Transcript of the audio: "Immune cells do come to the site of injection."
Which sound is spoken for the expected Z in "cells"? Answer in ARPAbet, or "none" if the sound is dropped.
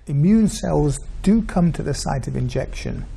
Z